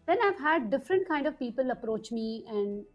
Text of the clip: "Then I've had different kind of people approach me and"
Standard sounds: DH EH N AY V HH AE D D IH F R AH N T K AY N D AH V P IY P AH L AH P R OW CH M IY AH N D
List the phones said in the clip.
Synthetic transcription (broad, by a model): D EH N AY V HH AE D D IH F R AH N T K AY N D AH V P IY P AH L AH P R OW CH M IY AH N D